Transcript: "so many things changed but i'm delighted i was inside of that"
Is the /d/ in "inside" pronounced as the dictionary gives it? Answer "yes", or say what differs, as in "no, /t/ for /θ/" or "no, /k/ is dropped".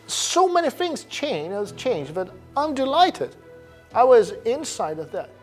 yes